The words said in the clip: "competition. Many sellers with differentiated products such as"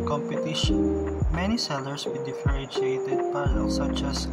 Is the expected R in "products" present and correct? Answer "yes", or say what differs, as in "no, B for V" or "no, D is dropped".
no, R is dropped